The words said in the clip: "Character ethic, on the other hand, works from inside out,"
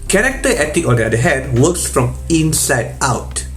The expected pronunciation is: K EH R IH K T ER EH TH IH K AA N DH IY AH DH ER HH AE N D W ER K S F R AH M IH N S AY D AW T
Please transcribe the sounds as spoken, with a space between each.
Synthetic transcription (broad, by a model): K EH R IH K T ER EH T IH K AA N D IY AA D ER HH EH D W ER K S F R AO M IH N S AY D AW T